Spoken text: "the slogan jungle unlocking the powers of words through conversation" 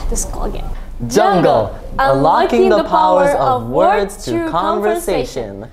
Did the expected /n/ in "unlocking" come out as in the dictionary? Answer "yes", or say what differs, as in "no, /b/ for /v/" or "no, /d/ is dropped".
no, /n/ is dropped